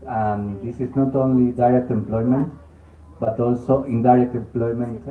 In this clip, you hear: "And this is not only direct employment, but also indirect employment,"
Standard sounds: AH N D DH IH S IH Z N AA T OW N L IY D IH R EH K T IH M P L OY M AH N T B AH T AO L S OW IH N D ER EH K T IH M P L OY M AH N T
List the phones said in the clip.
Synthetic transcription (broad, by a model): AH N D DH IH S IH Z N AA T OW N L IY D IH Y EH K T IH M P L OY M AH N T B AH T AO L S OW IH N D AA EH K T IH M P L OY M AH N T